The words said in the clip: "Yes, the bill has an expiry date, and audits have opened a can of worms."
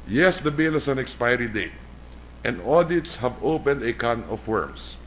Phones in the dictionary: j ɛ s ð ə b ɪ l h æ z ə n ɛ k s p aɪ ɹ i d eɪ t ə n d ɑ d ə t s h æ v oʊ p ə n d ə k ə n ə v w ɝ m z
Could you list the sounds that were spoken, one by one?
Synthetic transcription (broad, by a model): j ɛ s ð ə b ɪ l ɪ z ə n ɛ k s p aɪ ɹ i d eɪ t ə n d ɑ d ə t s h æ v oʊ p ə n d ə k ə n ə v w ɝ m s